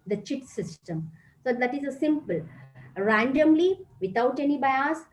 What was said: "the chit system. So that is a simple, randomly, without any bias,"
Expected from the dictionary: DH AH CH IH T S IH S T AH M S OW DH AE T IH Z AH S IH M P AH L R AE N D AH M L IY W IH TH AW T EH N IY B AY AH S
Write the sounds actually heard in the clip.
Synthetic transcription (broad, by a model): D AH CH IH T S IH S T AH M S OW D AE T IH Z AH S IH M P AH L R AE N D AH M L IY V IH T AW T EH N IY B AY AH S